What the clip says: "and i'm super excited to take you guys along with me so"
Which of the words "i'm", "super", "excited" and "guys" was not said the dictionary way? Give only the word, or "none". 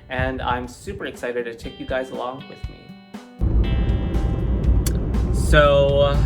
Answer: none